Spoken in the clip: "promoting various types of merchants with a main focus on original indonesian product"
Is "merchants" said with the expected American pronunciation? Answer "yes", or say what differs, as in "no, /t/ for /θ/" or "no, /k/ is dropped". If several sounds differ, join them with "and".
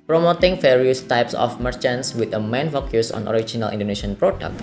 yes